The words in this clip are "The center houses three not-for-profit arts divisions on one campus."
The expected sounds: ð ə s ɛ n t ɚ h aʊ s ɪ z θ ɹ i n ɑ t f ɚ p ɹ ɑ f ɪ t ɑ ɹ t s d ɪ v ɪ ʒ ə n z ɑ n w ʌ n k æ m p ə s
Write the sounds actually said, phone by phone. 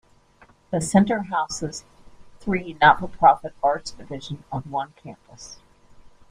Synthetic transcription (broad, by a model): ð ə s ɛ n t ɚ h aʊ s ɪ z θ ɹ i n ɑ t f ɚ p ɹ ɑ f ɪ t ɑ ɹ t s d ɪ v ɪ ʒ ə n ʌ n w ʌ n k æ m p ə s